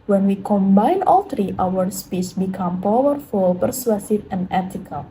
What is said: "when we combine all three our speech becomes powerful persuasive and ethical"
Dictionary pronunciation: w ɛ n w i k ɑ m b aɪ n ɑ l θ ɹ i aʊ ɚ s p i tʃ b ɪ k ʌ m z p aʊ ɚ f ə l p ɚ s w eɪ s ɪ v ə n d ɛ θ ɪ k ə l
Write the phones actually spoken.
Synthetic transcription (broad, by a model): w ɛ n w i k ɑ m b aɪ n ɑ l t ɹ i aʊ ɚ s p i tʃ b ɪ k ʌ m p aʊ ɚ f ə l p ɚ s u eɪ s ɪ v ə n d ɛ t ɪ k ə l